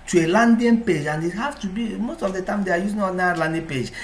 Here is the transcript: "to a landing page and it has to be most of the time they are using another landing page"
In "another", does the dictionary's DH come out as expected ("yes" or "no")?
no